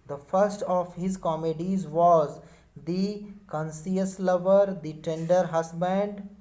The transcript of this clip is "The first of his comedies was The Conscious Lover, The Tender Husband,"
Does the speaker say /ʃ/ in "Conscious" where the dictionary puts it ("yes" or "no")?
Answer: no